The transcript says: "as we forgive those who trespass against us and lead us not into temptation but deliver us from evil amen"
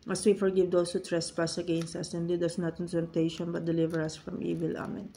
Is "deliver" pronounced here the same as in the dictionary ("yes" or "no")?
yes